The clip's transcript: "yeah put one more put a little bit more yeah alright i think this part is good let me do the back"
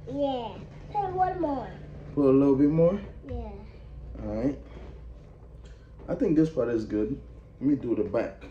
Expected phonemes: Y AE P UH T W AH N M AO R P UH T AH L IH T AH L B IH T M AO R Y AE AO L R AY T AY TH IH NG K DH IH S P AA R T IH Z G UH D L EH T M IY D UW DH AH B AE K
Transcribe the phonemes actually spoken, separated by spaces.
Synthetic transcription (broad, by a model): Y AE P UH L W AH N M AO R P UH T AH L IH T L B IH T M AO R Y AE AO R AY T AY TH IH NG K DH IH S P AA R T IH Z G UH D L EH T M IY D UW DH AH B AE K